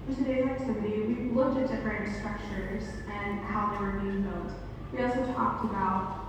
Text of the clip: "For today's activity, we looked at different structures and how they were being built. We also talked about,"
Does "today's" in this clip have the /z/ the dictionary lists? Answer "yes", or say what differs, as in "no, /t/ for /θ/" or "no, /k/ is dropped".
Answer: no, /z/ is dropped